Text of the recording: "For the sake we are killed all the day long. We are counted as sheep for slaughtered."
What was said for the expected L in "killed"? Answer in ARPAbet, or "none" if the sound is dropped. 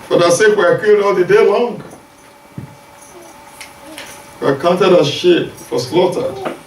none